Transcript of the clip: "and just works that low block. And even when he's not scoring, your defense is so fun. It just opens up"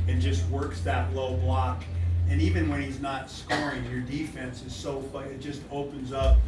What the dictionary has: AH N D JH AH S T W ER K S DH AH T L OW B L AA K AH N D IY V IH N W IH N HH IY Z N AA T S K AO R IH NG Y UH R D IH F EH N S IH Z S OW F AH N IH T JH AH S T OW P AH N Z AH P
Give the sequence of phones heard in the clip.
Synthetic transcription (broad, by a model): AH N JH AH S T W ER K S DH AH T L OW B L AA K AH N IY V IH N W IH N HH IY Z N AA T S K AO R IH NG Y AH R D IH F EH N S IH Z S OW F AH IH IH T JH AH S T OW P AH N Z AH P